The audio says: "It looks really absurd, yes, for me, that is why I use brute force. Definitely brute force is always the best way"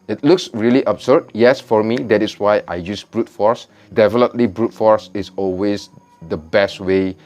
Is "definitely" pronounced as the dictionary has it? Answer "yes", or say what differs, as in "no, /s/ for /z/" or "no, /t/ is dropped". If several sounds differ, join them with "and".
no, /l/ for /n/